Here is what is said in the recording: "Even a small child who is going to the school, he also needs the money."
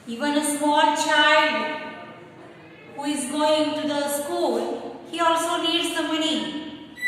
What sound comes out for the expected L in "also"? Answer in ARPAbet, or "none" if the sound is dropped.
L